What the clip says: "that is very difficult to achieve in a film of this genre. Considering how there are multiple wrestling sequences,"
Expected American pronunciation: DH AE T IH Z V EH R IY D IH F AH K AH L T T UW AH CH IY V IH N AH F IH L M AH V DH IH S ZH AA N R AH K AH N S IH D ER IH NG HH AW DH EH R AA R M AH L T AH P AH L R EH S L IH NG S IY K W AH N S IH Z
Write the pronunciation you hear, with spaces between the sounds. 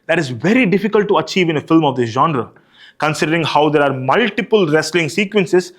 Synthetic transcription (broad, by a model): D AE T IH Z V EH R IY D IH F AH K AH L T T UW AH CH IY V IH N AH F IH L M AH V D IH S ZH AA N R AH K AH N S IH D ER IH NG HH AW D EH R AA R M AH L T AH P AH L R EH S L IH NG S IY K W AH N S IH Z